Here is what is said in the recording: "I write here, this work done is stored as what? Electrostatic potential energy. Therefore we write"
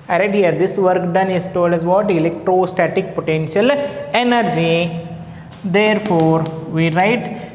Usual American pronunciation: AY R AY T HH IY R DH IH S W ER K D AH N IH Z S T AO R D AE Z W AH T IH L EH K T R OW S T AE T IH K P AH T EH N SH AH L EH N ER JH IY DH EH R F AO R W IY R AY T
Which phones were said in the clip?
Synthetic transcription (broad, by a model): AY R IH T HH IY R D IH S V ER K D AH N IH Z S T AO L D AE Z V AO T IH L EH K T R OW S T AE T IH K P AH T EH N SH AH L EH N ER JH IY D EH R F AO R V IY R AY T